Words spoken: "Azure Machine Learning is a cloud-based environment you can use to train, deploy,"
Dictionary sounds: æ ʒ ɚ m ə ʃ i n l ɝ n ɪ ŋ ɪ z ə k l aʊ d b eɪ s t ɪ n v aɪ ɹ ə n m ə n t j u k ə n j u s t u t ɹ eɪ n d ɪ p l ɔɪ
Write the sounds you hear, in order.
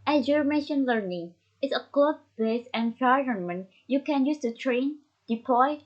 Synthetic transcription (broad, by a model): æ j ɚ m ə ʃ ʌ n l ɝ n ɪ ŋ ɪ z ə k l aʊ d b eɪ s ɪ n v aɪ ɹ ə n m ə n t j u k ə n j u s t u t ɹ eɪ n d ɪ p l ɔɪ